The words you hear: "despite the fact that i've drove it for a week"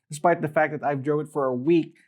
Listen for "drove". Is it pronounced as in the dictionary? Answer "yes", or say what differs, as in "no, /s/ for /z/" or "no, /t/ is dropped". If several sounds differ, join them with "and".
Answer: no, /v/ is dropped